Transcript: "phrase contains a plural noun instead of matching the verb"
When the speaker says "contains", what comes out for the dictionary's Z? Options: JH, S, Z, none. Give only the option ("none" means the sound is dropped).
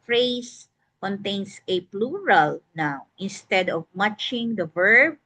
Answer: S